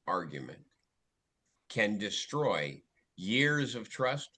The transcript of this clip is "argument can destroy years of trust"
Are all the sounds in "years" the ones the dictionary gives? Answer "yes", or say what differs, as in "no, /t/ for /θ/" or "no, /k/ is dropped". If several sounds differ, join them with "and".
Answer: yes